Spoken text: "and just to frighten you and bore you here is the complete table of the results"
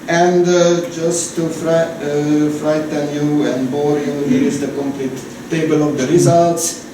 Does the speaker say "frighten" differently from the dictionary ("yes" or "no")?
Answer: no